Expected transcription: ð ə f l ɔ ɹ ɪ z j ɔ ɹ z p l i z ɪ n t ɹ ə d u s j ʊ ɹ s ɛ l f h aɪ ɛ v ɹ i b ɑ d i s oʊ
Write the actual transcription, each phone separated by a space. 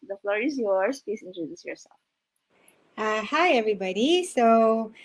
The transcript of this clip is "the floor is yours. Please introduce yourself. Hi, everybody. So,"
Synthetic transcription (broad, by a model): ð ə f l ɔ ɹ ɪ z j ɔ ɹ s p i s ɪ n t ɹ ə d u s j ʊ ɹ s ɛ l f h aɪ ɛ v ɹ i b ɑ d i s oʊ